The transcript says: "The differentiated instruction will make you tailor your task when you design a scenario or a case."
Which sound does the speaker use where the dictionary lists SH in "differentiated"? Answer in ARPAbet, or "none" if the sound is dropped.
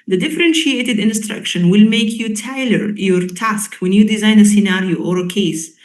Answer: SH